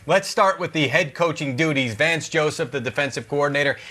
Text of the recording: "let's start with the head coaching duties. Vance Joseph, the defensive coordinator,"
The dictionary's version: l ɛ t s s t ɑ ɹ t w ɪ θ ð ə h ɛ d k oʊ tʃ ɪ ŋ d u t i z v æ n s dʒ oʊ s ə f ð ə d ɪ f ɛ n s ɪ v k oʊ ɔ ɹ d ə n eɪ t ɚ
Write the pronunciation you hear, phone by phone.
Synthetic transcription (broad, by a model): l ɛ t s s t ɑ ɹ t w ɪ ð ə h ɛ d k oʊ tʃ ɪ ŋ d u t i z v æ n s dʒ oʊ s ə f ð ə d ɪ f ɛ n s ɪ v k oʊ ɔ ɹ d n eɪ t ɚ